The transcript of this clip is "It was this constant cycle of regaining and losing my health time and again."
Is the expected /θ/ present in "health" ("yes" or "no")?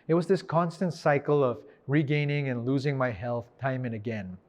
yes